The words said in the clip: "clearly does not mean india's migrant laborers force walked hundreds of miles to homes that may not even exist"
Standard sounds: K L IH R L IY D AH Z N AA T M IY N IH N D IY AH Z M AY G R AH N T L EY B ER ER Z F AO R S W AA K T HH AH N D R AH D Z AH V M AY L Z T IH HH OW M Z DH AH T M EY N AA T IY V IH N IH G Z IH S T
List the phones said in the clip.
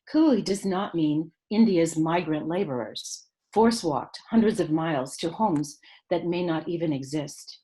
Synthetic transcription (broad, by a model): K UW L IY D AH Z N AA T M IY N IH N D IY AH Z M AY G R AH N T L EY B ER ER Z F AO R S W AA K T HH AH N D R AH D Z AH V M AY L Z T IH HH OW M Z DH AH T M EY N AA T IY V IH N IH G Z IH S T